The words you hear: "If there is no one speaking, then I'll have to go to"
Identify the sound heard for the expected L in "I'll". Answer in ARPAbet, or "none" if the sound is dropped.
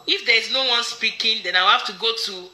W